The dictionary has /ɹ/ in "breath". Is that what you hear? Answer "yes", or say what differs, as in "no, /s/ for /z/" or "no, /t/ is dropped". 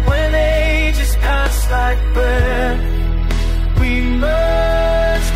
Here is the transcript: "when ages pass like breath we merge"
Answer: no, /ɹ/ is dropped